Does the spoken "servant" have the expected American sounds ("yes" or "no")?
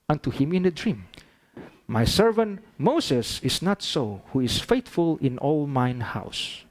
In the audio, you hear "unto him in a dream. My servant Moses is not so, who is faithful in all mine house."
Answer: yes